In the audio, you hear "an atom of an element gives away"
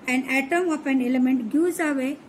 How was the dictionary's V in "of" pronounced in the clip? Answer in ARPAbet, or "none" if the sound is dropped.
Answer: P